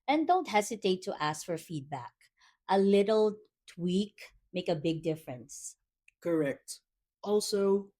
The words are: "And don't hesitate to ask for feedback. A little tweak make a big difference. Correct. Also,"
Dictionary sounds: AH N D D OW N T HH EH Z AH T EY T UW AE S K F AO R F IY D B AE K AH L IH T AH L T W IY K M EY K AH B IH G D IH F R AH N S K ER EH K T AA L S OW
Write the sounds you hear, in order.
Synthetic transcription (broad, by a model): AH N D D OW N T HH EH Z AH T EY T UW AE S K F AO R F IY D B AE K AH L IH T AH L T W IY K M EY K AH B IH G D IH F R AH N S K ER EH K T AA L S OW